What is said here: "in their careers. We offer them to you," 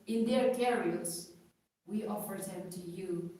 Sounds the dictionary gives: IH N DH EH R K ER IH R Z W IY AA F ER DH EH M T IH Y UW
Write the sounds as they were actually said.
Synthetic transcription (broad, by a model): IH N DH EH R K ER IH L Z W IY AA F ER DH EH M T IH Y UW